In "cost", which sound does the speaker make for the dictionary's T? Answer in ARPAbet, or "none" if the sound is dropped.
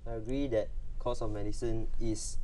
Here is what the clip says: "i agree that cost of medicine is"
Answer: none